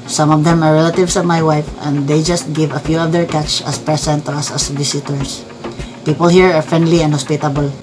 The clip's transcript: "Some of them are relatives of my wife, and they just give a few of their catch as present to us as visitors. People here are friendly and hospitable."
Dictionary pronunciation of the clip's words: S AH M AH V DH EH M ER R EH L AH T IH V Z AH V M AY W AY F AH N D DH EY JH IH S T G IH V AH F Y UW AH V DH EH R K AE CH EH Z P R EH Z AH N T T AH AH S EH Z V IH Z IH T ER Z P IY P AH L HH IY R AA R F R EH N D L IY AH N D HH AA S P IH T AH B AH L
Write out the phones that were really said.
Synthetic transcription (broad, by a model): S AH M AH V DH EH M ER R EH L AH T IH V S AH V M AY W AY F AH N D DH EY JH IH S T G IH V AH F Y UW AH V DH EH R K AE CH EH S P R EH S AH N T T AH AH S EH S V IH S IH T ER S P IY P AH L HH IY R AA R F R EH N D L IY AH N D HH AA S P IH T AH B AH L